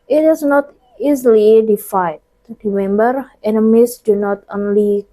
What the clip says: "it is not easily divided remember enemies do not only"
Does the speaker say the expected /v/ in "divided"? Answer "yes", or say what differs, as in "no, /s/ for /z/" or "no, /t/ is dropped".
no, /f/ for /v/